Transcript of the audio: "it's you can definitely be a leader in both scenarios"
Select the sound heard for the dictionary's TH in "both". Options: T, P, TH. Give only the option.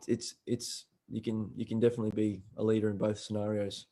TH